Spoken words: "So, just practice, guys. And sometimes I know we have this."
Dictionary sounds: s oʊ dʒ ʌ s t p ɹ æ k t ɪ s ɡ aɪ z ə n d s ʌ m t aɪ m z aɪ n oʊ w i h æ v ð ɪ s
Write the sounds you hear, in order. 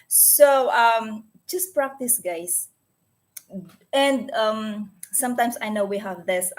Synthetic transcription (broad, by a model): s oʊ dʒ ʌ s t p ɹ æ k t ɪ s ɡ aɪ s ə n d s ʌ m t aɪ m s aɪ n oʊ w i h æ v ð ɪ s